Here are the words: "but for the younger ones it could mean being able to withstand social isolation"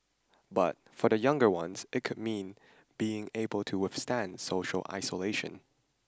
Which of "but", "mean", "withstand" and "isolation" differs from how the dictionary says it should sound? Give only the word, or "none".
none